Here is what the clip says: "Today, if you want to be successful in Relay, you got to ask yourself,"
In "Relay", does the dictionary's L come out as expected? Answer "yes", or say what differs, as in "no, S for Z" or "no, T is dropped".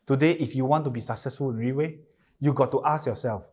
no, W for L